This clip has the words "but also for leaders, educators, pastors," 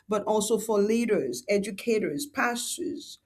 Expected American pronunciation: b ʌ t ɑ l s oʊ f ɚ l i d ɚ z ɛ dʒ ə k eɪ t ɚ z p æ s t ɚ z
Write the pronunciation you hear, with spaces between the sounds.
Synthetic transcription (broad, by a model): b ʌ t ɑ l s oʊ f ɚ l i d ɚ z ɛ dʒ ə k eɪ t ɚ z p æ s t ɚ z